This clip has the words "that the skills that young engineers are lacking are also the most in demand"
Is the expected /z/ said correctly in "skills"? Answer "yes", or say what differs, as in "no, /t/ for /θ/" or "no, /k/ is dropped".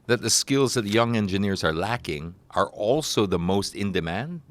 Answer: yes